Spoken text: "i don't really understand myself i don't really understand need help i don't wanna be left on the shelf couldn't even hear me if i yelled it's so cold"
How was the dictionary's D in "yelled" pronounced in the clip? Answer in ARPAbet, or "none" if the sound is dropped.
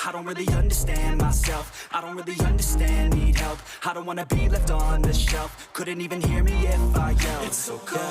none